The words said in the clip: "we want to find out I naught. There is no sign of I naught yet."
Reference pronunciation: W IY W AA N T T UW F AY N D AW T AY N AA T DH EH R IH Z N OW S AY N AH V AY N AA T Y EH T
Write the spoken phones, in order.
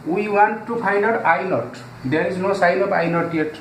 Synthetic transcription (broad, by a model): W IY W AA N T T UW P AY N D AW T AY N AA T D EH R IH Z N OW S AY N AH P AY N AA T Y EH T